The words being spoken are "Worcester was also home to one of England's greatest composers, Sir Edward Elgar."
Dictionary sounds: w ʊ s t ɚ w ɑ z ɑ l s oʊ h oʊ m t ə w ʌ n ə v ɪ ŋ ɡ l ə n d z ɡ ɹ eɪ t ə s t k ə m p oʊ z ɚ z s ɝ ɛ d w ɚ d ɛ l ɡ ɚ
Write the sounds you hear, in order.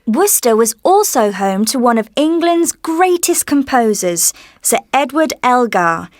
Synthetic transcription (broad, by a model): w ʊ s t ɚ w ɑ z ɑ l s oʊ h oʊ m t ə w ʌ n ə v ɪ ŋ ɡ l ə n d z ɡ ɹ eɪ t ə s k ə m p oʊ z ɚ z s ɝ ɛ d w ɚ d ɛ l ɡ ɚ